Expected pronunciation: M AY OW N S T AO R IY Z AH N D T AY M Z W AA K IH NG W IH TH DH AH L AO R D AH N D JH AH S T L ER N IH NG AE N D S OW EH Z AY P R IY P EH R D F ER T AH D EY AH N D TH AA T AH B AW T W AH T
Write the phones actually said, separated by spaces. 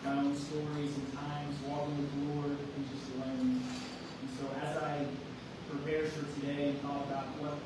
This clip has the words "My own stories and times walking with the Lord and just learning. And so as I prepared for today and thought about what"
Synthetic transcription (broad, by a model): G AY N S T AO R IY Z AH N T AY M Z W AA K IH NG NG DH AH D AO R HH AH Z JH AH S T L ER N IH N S OW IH Z AY P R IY P EH R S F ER T AH D EY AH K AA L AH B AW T W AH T